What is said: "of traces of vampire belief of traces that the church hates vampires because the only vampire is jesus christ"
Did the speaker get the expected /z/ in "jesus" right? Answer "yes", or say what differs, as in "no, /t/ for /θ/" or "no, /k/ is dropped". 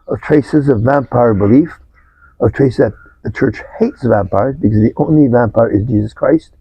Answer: yes